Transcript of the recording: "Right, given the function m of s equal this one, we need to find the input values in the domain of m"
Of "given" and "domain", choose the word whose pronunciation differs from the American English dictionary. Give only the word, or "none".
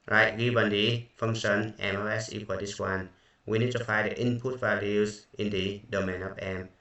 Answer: given